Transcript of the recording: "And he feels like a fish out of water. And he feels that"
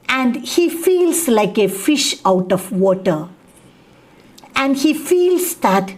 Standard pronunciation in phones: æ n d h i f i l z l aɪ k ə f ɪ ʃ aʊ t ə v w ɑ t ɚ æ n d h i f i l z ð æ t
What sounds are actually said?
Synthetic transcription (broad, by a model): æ n d h i f i l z l aɪ k ə f ɪ ʃ aʊ t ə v w ɑ t ɚ æ n d h i f i l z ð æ t